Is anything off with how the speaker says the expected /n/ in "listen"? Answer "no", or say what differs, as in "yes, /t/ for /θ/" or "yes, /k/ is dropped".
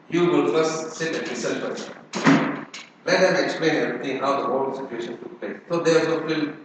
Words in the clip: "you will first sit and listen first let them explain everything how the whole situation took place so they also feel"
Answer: yes, /l/ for /n/